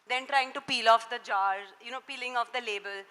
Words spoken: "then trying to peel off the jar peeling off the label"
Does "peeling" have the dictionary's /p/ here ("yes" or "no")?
yes